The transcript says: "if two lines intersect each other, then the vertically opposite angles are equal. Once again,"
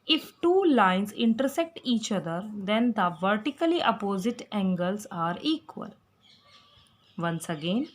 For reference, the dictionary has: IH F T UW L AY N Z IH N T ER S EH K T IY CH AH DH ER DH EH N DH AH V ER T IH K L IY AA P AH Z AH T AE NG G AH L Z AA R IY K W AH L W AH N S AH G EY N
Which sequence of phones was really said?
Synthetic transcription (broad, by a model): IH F T UW L AY N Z IH N T ER S EH K T IY CH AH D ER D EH N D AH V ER T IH K L IY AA P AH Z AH T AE NG G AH L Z AA R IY K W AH L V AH N S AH G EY N